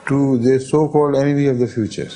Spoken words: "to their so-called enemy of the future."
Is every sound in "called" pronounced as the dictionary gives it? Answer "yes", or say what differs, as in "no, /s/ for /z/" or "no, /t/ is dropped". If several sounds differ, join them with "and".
yes